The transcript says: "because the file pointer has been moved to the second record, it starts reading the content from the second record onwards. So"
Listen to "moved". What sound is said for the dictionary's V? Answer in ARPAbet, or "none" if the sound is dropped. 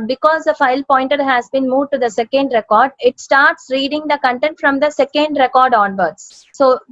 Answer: none